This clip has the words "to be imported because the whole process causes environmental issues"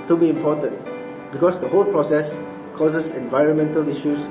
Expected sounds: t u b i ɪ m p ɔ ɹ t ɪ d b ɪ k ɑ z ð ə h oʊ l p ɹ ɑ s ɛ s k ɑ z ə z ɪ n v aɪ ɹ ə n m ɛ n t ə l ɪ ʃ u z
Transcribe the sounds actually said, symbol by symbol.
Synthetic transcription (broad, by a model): t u b i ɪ m p ɔ t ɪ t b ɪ k ɑ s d ə h oʊ l p ɹ ɑ s ɛ s k ɑ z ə s ɪ n v aɪ ɹ ə n m ɛ n t ə l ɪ ʃ u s